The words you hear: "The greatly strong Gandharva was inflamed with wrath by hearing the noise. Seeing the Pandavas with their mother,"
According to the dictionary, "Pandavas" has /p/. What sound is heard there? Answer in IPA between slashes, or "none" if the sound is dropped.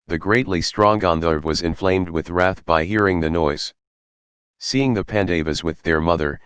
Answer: /p/